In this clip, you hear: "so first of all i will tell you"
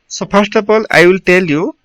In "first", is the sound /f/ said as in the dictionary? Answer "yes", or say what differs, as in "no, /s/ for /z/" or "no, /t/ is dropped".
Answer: no, /p/ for /f/